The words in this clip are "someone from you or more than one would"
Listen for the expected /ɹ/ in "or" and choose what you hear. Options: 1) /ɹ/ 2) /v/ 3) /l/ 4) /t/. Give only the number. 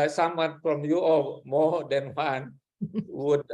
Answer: 3